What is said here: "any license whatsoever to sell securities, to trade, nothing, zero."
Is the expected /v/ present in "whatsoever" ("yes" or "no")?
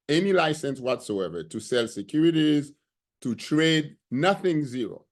yes